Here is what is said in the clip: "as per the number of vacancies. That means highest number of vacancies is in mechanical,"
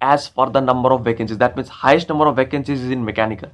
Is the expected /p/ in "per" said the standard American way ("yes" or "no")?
no